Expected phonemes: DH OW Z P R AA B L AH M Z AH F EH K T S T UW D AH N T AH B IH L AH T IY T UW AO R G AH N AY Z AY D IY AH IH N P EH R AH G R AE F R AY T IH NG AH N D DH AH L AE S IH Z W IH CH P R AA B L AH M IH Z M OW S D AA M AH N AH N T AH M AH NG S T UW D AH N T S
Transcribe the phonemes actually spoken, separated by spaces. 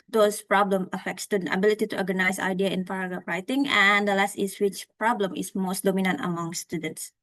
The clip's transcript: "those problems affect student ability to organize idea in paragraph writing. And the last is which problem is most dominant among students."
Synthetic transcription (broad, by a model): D OW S P R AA B L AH M AH F EH K T S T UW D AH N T AH B IH L AH T IY T UW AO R G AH N AY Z AY D IY AH IH N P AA R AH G AA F R AY T IH NG AH N D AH L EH S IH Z W IH CH P R AA B L AH M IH S M OW S D AA M AH N AH N T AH M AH NG S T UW D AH N T S